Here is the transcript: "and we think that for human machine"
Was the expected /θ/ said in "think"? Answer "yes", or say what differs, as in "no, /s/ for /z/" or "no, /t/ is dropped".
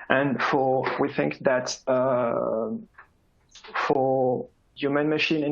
yes